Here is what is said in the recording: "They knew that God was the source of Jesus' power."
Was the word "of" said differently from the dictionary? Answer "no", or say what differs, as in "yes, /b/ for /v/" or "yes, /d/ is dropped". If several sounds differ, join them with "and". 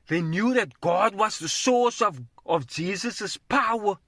no